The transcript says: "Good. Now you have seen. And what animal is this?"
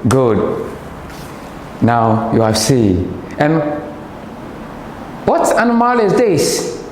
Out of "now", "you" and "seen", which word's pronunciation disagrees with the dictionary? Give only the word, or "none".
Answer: seen